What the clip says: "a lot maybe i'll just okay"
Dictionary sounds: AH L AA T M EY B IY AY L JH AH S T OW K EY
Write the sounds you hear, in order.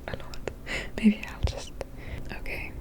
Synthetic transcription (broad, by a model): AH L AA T M EY B IY AY L JH AH S T OW K EY